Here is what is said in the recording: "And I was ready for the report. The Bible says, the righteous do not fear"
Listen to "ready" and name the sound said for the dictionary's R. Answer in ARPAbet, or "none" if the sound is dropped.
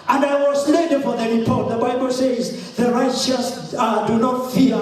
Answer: L